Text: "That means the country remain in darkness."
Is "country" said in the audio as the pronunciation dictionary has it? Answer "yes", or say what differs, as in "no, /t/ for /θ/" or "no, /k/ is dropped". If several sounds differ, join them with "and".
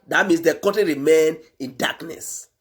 no, /n/ is dropped and /ɹ/ is dropped